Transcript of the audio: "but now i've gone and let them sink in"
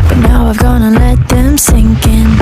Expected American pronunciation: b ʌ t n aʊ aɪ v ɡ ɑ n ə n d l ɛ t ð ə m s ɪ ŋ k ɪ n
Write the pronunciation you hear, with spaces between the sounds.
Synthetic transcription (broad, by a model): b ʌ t n aʊ aɪ v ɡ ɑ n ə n l ɛ t ð ə m s ɪ ŋ k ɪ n